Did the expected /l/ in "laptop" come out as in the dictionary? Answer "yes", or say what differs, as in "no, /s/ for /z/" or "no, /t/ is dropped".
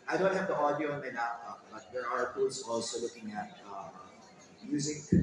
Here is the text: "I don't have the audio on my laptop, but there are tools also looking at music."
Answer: no, /n/ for /l/